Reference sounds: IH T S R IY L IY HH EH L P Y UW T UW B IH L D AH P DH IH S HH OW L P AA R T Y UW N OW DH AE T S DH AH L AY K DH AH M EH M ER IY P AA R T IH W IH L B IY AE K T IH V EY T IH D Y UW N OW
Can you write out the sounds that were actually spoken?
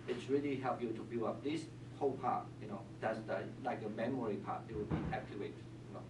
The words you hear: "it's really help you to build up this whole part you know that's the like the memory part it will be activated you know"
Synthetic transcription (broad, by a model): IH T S R IY L IY HH EH L P Y UW T UW B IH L AH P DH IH S HH OW L P AA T Y UW N OW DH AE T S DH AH L AY K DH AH M EH M ER IY P AA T IH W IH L B IY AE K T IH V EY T Y UW N OW